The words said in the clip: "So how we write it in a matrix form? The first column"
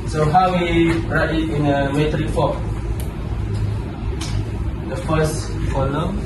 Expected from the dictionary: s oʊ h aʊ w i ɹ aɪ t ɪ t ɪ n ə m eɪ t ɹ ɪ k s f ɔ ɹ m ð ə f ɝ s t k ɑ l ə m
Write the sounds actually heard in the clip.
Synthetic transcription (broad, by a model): s oʊ h aʊ w i ɹ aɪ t ɪ t ɪ n ə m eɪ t ɹ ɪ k f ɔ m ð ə f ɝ s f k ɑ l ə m